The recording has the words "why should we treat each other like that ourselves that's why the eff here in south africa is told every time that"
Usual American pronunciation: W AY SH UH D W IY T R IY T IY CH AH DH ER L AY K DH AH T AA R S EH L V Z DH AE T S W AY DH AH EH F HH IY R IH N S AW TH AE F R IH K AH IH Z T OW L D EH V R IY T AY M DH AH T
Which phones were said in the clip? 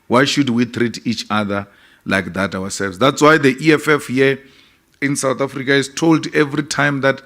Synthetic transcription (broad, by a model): W AY SH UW D W IY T R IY T IY CH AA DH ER L AY K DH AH T AA W S EH L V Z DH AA T S W AY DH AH EH F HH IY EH IH N S AW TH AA F R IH K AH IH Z T OW L D EH V R IY T AY M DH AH T